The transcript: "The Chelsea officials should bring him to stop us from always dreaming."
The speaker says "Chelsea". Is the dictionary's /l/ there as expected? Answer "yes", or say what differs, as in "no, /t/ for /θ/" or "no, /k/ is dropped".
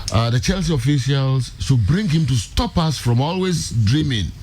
yes